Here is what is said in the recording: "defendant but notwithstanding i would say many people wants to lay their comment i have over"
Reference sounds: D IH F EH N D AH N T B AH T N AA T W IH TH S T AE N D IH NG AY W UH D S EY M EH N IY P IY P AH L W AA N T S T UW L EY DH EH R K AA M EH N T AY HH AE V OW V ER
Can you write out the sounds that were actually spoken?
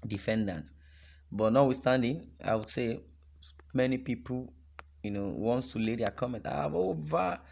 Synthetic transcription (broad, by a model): D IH F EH N D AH N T B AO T N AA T W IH S T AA N D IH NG AY W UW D S EY M EH N IY P IY P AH N W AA N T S T UW L EY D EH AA K AA M EH N T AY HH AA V OW V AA